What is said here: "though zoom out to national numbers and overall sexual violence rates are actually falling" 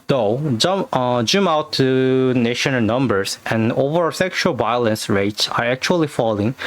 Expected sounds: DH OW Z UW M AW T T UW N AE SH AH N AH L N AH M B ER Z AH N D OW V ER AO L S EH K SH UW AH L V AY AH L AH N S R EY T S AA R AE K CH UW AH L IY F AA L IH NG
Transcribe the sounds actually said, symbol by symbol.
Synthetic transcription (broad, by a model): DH OW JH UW M AW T T UW N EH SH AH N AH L N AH M B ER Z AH N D OW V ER S EH K SH UW AH L V AY AH L AH N S R EY T S AA R AE K CH UW AH L IY F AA L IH NG